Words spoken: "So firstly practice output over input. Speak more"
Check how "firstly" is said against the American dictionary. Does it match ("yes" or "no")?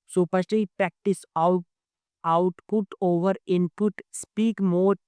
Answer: no